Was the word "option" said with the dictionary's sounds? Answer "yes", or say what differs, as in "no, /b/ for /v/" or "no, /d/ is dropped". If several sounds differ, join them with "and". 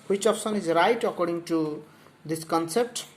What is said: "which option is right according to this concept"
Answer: no, /s/ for /ʃ/